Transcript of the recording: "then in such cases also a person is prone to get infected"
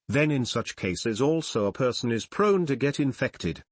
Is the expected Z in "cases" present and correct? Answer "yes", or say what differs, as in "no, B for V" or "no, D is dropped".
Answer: yes